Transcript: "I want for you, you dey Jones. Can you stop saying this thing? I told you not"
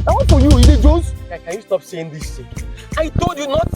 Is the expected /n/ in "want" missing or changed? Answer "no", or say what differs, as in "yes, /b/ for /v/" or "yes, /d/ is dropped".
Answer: yes, /n/ is dropped